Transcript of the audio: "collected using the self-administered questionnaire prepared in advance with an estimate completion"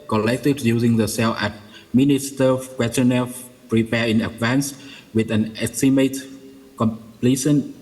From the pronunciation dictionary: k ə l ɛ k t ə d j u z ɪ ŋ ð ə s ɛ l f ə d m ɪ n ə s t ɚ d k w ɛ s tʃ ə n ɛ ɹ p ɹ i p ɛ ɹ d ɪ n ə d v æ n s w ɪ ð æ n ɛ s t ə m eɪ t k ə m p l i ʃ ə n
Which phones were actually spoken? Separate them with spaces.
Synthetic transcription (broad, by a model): k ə l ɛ k t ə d j u z ɪ ŋ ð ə s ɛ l ə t m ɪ n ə s t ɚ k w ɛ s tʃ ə n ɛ p ɹ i p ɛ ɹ ɪ n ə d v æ n s w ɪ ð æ n ɛ s t ə m eɪ t k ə m p l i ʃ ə n